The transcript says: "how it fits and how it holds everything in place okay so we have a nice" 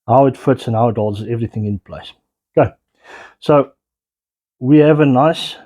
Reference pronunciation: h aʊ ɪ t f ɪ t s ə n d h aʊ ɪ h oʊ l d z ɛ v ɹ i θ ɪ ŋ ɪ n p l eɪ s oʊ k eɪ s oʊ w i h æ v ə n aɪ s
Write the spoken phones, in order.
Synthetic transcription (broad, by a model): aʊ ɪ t f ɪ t s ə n aʊ ɪ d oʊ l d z ɛ v ɹ i θ ɪ ŋ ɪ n p l eɪ s oʊ k eɪ s oʊ w i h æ v ə n aɪ s